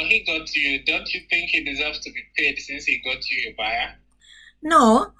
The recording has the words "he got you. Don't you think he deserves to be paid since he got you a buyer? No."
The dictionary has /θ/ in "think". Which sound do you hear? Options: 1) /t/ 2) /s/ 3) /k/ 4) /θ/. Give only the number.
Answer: 4